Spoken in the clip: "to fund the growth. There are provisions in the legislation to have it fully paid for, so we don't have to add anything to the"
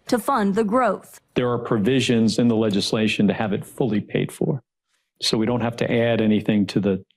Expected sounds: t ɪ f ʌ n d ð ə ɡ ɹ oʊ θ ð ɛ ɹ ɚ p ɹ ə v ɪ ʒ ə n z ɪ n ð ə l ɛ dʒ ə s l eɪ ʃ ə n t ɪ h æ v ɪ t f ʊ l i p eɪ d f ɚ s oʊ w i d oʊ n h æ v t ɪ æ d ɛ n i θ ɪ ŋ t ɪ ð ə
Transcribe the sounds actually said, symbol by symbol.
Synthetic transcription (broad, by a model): t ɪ f ʌ n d ð ə ɡ ɹ oʊ θ ð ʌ ɹ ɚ p ɹ ə v ɪ ʒ ə n z ɪ n ð ə l ɛ dʒ ə s l eɪ ʃ ə n t ɪ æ v ɪ t f ʊ l i p eɪ d f ɚ s oʊ w i d oʊ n h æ f t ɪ æ d ɛ n i θ ɪ ŋ t ɪ ð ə